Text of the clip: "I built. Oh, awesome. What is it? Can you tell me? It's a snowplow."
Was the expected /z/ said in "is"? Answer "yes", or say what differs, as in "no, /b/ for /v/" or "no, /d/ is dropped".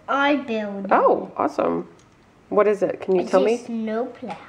yes